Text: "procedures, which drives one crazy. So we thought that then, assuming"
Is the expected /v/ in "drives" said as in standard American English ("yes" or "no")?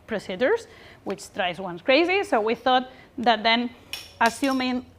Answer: no